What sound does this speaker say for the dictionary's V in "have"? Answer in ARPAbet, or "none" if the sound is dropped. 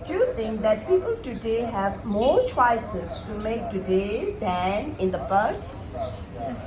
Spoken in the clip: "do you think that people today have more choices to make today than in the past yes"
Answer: V